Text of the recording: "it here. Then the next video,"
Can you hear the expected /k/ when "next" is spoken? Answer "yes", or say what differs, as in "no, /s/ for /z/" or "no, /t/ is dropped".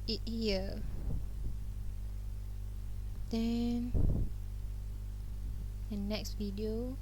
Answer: yes